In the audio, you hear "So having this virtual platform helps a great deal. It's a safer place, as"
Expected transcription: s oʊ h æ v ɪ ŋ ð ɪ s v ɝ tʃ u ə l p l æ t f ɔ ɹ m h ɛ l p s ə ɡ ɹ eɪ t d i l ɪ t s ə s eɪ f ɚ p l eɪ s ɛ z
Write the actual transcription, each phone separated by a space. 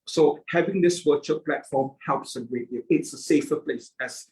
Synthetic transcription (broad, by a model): s oʊ h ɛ v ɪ ŋ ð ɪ s w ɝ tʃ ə p l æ t f ɔ m h ɛ l p s ə ɡ ɹ eɪ t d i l ɪ t s ə s eɪ f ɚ p l eɪ s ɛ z